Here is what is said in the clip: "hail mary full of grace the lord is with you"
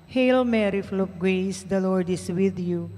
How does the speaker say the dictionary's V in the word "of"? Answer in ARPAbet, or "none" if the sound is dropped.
P